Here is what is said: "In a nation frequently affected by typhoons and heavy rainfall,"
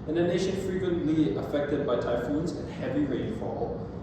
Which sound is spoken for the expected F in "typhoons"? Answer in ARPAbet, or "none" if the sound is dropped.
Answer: F